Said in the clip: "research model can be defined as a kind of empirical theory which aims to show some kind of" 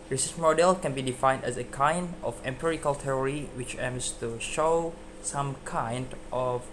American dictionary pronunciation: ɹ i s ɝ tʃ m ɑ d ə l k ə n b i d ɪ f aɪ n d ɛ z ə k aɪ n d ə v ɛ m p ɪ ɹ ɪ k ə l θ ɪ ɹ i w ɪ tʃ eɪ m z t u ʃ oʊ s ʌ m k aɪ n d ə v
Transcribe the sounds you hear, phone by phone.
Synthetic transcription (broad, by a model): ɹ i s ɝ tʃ m ɑ d ə l k ə n b i d ɪ f aɪ n d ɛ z ə k aɪ n d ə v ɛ m p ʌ ɹ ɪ k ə l t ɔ ɹ i w ɪ tʃ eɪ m s t u ʃ oʊ s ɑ m k aɪ n d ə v